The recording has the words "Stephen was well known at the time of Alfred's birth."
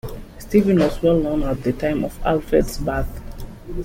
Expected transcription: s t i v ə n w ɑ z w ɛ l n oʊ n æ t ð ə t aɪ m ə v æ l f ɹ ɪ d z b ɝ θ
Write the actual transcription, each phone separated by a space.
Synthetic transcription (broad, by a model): s t i v ə n w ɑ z w ɛ l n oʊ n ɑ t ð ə t aɪ m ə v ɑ l f ɹ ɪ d s b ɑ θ